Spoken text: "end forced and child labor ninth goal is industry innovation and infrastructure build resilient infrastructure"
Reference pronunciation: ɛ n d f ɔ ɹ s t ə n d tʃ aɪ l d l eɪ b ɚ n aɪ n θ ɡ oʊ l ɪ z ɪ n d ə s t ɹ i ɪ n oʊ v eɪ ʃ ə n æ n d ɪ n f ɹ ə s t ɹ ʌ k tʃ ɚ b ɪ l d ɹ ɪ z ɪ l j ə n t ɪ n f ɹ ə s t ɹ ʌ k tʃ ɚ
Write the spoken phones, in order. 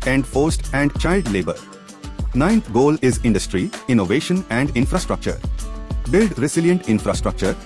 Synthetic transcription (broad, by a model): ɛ n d f ɔ ɹ s t ə n d tʃ aɪ l d l eɪ b ɚ n aɪ n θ ɡ oʊ l ɪ z ɪ n d ə s t ɹ i ɪ n oʊ v eɪ ʃ ə n æ n d ɪ n f ɹ ə s t ɹ ʌ k tʃ ɚ b ɪ l d ɹ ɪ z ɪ l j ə n t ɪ n f ɹ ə s t ɹ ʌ k tʃ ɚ